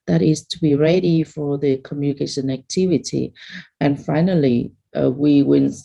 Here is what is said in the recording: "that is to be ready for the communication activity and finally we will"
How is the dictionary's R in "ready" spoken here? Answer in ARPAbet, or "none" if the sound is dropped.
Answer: R